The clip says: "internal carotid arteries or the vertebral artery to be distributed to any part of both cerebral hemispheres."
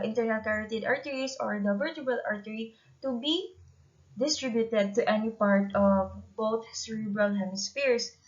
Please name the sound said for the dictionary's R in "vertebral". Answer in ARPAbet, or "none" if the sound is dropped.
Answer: none